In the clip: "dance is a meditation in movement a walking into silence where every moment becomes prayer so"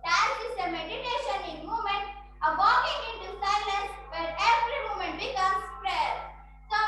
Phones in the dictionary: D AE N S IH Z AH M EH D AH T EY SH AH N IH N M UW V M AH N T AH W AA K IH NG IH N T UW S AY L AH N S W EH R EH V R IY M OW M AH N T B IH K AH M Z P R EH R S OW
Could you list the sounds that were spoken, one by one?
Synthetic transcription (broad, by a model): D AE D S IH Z AH M EH D AH T EY SH AH N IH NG M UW M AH N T AH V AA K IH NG IH N T UW S AY L AH N S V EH R EH V R IY M OW M AH N T B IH K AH M S P R EH R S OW